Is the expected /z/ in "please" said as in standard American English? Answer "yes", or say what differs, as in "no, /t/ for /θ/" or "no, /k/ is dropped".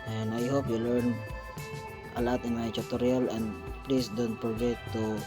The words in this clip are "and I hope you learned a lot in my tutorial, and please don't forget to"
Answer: no, /s/ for /z/